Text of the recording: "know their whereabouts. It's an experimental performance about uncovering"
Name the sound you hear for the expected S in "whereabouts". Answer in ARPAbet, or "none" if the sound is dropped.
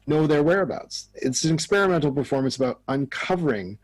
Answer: S